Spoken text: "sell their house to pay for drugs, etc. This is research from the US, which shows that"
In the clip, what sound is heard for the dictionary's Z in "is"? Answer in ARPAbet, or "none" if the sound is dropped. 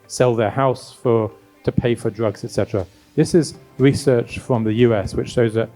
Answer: Z